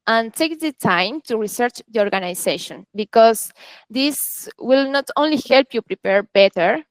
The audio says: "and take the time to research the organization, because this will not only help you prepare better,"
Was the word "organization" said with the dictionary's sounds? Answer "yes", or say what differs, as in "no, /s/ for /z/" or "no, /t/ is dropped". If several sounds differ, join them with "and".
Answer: no, /s/ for /z/